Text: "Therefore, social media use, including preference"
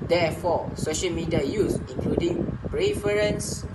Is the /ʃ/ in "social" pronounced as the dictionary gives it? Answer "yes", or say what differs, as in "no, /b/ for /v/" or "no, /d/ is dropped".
yes